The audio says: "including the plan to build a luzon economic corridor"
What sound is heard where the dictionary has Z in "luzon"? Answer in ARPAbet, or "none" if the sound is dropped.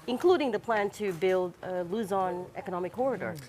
Z